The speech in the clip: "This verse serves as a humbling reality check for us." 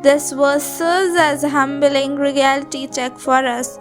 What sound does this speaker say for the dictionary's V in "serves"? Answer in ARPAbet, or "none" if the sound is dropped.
none